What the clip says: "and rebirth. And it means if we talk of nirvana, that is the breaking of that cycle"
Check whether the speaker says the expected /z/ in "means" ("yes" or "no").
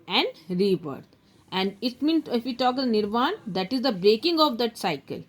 no